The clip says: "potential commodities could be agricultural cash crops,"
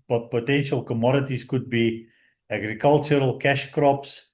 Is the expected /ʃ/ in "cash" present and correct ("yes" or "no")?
yes